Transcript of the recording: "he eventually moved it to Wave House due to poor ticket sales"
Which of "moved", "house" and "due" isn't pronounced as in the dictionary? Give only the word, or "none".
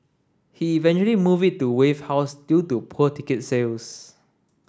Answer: moved